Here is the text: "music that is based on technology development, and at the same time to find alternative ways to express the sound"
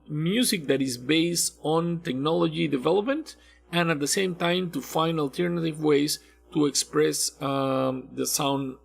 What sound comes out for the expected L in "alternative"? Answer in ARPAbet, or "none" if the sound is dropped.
L